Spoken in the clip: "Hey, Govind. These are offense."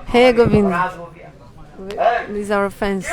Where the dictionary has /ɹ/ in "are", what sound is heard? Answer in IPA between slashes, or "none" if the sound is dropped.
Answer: /w/